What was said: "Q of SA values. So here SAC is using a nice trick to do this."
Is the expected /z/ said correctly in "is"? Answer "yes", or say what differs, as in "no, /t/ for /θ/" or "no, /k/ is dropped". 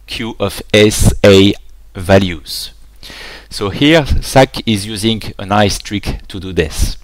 yes